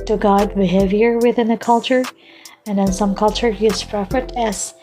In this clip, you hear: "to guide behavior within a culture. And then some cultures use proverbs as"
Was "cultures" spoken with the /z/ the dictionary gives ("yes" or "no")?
no